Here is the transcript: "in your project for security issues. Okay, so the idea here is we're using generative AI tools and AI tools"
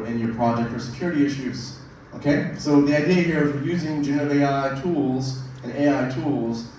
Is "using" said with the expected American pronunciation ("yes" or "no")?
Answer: yes